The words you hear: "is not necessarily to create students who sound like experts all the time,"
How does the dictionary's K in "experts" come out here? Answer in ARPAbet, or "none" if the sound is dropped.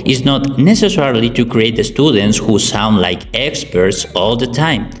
K